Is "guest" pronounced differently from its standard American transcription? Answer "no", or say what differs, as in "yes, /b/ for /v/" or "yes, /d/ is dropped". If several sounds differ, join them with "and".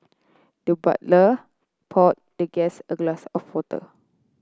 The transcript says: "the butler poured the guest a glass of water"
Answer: yes, /t/ is dropped